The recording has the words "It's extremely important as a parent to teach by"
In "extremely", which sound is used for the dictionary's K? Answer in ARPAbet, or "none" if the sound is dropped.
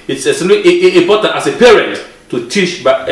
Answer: none